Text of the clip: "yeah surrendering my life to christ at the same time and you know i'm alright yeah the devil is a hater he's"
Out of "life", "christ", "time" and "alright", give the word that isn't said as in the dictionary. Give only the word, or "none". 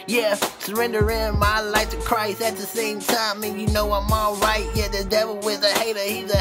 none